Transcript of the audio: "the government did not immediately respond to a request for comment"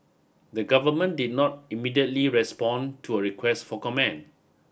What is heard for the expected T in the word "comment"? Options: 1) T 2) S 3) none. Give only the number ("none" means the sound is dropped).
3